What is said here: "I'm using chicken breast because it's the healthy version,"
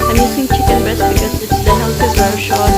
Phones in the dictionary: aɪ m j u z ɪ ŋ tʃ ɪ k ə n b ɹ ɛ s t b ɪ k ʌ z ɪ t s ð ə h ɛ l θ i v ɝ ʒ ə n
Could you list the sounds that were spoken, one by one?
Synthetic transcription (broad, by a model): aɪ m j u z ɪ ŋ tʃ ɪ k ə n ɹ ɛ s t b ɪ k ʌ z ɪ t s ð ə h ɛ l s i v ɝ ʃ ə